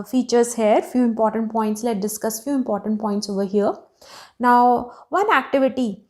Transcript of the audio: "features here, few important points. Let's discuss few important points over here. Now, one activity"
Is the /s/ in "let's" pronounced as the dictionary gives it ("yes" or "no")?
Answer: no